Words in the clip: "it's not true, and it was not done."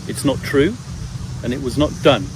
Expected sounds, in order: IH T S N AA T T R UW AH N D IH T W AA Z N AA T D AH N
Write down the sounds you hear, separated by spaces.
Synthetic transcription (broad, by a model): IH T S N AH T T R UW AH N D IH T W AA Z N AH T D AH N